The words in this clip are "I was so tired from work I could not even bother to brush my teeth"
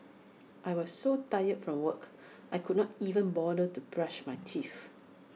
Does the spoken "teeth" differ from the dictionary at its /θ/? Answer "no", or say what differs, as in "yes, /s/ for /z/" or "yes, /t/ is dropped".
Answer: yes, /f/ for /θ/